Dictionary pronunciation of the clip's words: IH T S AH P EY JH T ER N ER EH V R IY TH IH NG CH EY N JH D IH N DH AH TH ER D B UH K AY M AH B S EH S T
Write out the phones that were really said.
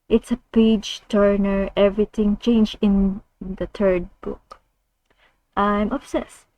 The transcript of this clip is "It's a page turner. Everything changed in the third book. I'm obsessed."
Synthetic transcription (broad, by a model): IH T S AH P EY JH T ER N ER EH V R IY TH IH NG CH EY N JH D IH N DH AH T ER D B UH K AY M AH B S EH S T